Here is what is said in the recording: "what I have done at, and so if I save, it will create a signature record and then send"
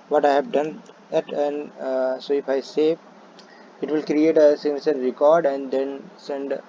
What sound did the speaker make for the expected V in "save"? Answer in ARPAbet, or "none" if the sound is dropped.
none